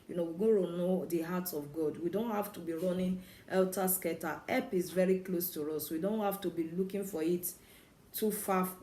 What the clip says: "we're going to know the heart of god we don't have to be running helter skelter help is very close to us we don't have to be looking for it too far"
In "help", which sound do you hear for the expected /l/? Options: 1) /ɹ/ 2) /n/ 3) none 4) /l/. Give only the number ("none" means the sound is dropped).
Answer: 3